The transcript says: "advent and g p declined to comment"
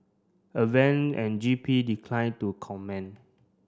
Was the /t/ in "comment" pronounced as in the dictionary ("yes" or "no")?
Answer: no